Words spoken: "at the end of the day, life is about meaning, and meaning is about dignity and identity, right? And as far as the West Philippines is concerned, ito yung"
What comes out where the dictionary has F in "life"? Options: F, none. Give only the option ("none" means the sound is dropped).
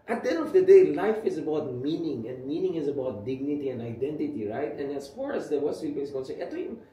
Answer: F